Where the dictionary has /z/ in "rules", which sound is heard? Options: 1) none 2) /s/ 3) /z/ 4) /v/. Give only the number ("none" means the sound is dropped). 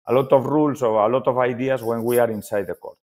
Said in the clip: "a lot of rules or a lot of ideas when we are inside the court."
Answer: 2